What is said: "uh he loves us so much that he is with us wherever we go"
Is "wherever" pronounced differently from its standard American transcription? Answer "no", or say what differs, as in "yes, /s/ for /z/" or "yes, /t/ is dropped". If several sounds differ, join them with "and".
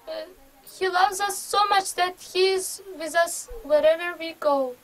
no